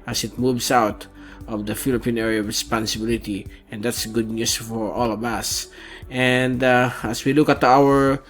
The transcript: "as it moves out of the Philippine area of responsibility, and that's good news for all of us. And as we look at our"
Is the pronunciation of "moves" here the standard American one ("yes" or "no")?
no